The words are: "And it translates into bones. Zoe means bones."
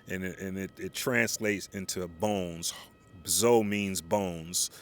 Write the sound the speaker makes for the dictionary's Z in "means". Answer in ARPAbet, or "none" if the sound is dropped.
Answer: Z